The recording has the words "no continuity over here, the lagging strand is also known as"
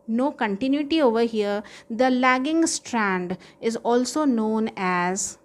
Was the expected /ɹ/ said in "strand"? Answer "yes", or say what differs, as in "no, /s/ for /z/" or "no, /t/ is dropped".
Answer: yes